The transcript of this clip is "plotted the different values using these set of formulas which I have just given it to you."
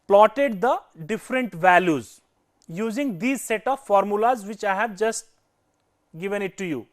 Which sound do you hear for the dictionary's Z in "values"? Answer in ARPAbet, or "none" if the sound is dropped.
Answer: Z